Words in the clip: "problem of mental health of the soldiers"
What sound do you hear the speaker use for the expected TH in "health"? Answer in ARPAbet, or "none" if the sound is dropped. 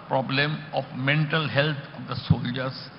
T